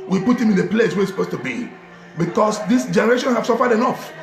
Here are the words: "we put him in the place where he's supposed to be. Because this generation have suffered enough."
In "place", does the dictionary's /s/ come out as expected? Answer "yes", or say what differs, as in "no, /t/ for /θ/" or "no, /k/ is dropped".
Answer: yes